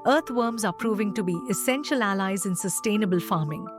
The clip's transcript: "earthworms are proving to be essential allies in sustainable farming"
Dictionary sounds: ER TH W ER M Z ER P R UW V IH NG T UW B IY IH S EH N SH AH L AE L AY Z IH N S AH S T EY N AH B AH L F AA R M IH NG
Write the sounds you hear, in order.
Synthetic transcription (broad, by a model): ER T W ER M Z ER P R UW V IH NG T UW B IY IH S EH N SH AH L AE L AY Z IH N S AH S T EY N AH B AH L F AA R M IH NG